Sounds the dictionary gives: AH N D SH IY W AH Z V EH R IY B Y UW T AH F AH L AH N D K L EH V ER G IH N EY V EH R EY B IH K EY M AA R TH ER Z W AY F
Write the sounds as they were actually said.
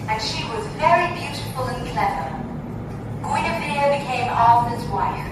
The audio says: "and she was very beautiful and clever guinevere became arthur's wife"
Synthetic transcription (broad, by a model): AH N SH IY W AH Z V EH R IY B Y UW T AH F AH L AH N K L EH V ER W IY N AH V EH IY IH B IH K EY M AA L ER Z W AY F